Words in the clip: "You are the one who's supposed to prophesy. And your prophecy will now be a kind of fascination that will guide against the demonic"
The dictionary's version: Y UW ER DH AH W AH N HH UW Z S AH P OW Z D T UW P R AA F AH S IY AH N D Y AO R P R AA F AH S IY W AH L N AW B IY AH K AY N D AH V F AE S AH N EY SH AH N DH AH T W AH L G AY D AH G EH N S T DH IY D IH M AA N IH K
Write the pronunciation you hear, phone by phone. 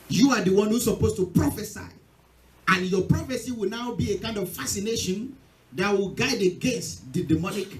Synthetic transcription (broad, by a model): Y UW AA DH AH W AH N HH UW S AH P OW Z T UW P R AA F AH S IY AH N Y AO P R AA F AH S IY W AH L N AW B IY AH K AY N D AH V F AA S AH N EY SH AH N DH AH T W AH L G AY D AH G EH S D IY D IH M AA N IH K